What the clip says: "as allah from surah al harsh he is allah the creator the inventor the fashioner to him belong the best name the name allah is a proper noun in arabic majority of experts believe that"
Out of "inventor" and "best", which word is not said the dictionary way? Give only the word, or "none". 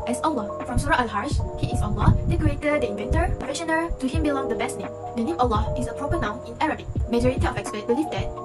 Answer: none